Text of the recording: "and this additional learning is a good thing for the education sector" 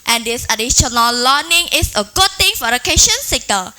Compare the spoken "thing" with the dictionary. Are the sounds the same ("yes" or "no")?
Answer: no